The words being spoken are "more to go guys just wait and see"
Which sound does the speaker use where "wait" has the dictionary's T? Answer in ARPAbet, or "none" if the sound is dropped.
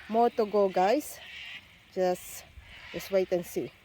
T